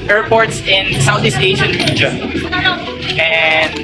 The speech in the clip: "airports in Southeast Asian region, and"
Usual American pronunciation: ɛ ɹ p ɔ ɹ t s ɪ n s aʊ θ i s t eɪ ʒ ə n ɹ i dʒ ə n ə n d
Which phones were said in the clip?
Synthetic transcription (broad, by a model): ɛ ɹ p ɔ ɹ t s ɪ n s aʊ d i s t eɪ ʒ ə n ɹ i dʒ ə ə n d